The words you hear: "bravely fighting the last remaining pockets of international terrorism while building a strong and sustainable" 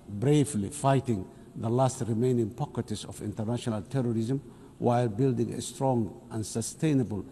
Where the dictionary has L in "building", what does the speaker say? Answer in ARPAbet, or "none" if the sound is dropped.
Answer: L